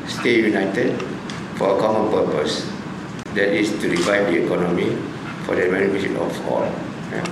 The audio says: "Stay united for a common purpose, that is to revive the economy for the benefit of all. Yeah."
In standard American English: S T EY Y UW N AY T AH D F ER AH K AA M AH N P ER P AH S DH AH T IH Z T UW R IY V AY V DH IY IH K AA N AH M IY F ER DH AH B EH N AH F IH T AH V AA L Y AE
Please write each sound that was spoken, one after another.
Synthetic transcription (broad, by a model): S T EY Y UW N AY T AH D F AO AH K AA M AH N P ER P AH S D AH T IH S T UW R IY W AY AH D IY IH K AA N AH M IY F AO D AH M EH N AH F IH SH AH P AA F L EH